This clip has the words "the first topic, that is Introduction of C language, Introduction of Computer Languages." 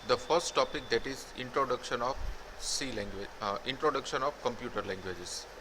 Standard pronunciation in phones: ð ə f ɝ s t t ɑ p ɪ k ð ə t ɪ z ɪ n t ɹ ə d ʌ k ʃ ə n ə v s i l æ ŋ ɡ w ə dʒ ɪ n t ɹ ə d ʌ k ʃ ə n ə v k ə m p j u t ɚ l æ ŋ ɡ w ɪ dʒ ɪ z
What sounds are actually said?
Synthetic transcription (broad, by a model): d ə f ɝ s t t ɑ p ɪ k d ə t ɪ z ɪ n t ɹ ə d ʌ k ʃ ə n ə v s i l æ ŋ ɡ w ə ɪ n t ɹ ə d ʌ k ʃ ə n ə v k ə m p j u t ɚ l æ ŋ ɡ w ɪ dʒ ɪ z